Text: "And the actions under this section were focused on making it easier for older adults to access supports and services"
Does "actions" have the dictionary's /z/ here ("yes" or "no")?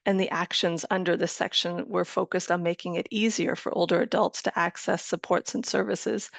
yes